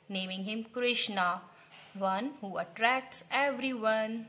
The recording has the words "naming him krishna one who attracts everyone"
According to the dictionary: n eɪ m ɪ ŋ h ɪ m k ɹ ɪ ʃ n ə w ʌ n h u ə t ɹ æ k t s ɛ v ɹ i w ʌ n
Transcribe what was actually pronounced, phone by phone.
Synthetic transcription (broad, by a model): n eɪ m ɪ ŋ h ɪ m k ɹ ɪ ʃ n ə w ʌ n h u ə t ɹ æ k t s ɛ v ɹ i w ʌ n